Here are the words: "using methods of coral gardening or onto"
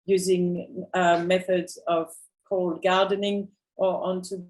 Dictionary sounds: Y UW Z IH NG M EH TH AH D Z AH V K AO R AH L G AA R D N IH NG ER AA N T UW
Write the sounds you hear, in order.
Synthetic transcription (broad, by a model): Y UW Z IH NG M EH TH AH D Z AH V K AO AH L G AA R D N IH NG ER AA N T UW